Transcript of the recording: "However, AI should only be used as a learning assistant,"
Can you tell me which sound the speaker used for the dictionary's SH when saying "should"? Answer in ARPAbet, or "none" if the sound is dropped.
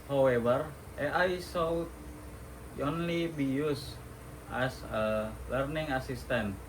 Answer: S